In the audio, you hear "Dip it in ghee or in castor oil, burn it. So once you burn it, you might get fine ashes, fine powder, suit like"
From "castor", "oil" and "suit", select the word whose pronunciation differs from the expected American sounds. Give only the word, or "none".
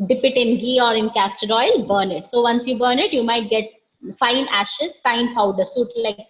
none